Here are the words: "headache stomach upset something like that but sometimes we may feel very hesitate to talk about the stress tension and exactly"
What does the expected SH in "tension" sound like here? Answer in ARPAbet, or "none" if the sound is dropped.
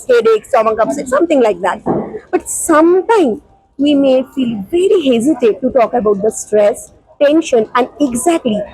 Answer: SH